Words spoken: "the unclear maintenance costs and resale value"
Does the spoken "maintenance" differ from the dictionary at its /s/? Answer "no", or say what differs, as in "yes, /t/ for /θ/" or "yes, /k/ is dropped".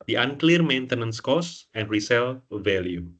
no